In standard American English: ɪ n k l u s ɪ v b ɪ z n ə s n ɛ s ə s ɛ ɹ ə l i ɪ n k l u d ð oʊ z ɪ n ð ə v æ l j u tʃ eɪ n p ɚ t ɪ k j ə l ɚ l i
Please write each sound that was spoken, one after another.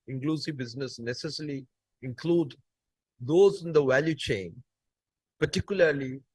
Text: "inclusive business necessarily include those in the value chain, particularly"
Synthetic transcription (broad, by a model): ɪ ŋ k l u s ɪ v b ɪ z n ə s n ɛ s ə s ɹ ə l i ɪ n k l u d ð oʊ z ɪ n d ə v æ l j u tʃ eɪ n p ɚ t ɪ k j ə l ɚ l i